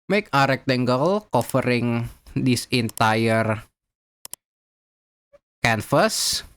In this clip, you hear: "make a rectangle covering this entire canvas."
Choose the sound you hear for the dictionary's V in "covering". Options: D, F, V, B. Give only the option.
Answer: F